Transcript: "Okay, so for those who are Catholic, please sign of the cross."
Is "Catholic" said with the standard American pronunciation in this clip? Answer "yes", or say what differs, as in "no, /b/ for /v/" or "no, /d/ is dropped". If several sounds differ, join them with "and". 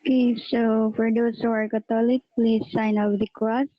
no, /t/ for /θ/